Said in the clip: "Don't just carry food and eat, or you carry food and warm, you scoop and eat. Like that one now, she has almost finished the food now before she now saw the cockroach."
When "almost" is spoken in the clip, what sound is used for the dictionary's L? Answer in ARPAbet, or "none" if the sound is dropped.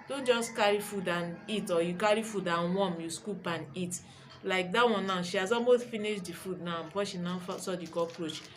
none